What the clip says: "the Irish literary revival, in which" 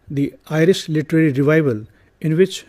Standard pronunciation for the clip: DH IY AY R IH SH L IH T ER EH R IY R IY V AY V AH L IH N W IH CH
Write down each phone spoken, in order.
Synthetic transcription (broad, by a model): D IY AY R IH S L IH T ER EH R IY R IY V AY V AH L IH N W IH CH